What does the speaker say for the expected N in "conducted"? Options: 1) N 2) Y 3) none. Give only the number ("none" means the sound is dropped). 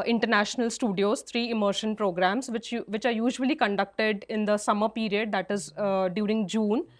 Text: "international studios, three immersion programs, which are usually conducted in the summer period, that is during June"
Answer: 1